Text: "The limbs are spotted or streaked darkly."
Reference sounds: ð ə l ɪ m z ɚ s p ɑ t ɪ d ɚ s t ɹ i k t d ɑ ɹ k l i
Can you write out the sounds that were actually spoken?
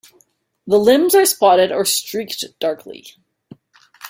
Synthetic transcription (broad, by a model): ð ə l ɪ m z ɚ s p ɑ t ɪ d ɚ s t ɹ i k t d ɑ ɹ k l i